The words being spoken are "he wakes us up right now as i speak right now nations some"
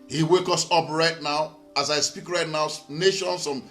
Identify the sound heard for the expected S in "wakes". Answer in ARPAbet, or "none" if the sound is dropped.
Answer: none